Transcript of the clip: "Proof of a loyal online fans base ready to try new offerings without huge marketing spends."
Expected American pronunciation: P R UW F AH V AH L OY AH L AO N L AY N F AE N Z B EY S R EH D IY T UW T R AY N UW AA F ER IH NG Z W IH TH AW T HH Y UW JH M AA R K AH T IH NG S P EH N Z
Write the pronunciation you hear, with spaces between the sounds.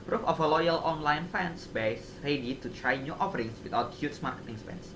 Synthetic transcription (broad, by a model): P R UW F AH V AH L OY AH L AO N L AY N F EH N S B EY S R EH D IY T UW T R AY N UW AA F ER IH NG S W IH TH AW T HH Y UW CH M AA R K AH T IH NG S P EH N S